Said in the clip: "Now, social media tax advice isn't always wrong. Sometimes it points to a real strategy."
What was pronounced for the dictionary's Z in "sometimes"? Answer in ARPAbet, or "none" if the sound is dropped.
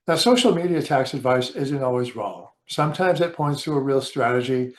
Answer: Z